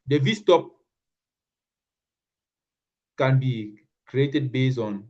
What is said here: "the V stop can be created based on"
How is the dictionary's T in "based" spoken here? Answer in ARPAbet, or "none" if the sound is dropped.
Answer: none